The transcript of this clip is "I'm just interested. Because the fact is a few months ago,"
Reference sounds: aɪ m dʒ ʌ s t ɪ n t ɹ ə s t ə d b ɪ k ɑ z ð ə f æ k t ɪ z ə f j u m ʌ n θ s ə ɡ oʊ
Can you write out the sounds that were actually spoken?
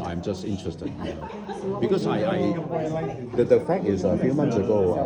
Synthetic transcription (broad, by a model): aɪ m dʒ ʌ s t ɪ n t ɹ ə s t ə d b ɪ k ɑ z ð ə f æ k ɪ z ə f j u m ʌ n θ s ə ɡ oʊ